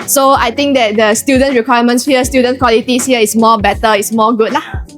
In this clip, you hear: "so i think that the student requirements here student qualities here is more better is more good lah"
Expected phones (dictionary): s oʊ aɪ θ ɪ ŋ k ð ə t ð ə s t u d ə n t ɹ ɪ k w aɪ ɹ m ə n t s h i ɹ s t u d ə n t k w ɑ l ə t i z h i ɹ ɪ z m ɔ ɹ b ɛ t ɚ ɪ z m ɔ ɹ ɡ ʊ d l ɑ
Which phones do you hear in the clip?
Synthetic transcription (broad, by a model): s oʊ aɪ t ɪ ŋ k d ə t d ə s t u d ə n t ɹ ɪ k w aɪ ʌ m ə n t s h i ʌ s t u d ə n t k w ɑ l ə t i s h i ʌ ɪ s m ɔ b ɛ t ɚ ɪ s m ɔ ɡ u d l ɑ